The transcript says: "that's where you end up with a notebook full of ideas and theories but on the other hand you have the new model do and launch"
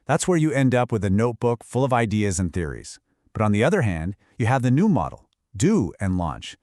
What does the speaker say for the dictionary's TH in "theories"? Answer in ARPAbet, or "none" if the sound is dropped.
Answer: TH